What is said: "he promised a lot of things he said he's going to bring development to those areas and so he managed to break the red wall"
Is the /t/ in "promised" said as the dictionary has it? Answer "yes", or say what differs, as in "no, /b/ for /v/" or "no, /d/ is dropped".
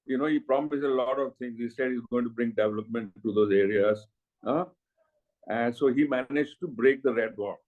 no, /t/ is dropped